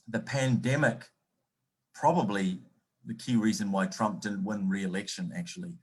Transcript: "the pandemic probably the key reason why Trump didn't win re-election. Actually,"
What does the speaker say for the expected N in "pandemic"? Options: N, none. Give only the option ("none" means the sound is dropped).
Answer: N